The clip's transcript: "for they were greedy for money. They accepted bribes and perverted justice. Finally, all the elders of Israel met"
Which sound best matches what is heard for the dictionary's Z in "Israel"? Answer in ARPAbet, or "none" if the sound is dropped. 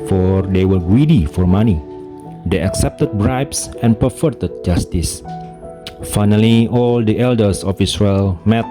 S